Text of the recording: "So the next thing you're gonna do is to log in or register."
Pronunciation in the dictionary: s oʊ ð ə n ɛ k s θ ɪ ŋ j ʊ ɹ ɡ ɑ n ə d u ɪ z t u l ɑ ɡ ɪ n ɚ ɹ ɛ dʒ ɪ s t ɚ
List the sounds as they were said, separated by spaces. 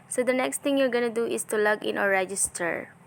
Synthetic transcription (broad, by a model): s oʊ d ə n ɛ k s t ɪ ŋ j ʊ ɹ ɡ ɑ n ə d u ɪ s t u l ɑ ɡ ɪ n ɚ ɹ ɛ dʒ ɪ s t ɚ